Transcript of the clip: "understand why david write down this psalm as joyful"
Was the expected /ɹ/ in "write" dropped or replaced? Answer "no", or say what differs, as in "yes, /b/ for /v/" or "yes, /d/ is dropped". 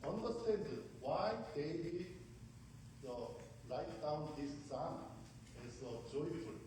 yes, /l/ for /ɹ/